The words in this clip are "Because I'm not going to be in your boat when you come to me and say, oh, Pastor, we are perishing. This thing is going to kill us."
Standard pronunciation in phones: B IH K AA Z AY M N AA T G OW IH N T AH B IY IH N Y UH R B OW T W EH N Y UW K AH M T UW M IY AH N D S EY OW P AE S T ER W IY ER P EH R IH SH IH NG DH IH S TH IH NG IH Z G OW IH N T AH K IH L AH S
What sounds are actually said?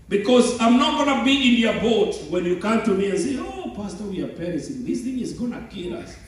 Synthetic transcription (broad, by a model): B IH K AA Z AY M N AA T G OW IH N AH B IY IH N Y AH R B OW T W EH N Y UW K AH M T UW M IY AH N S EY OW P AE S T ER W IY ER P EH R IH S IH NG DH IH S TH IH NG IH Z G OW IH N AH K IH L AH S